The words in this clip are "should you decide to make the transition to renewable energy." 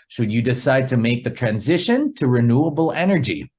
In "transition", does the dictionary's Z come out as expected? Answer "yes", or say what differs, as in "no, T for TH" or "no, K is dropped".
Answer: yes